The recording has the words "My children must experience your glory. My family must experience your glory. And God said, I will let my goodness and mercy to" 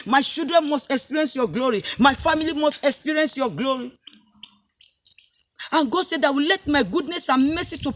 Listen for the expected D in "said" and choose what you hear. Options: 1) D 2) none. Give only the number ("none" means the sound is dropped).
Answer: 1